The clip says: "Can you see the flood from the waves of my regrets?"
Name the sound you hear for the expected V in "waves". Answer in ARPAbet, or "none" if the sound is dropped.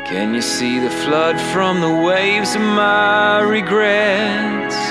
V